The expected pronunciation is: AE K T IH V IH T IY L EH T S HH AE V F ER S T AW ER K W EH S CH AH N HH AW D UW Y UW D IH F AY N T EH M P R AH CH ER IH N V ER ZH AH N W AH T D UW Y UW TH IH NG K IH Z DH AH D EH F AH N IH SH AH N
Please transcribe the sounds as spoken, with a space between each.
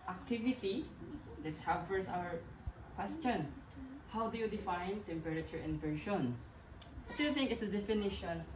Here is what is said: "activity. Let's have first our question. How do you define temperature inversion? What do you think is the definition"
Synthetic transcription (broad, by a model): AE K T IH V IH T IY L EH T S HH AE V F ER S AW ER K W EH S CH AH N HH AW D UW Y UW D IH F AY N T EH M P R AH CH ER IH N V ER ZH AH N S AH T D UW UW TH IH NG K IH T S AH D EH F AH N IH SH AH N